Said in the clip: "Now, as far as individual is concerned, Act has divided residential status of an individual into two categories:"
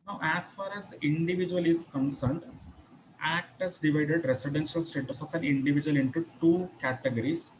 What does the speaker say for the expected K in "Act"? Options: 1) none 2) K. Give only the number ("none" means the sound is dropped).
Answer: 2